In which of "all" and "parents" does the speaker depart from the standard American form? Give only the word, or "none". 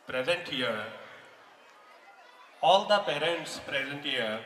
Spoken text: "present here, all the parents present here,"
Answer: none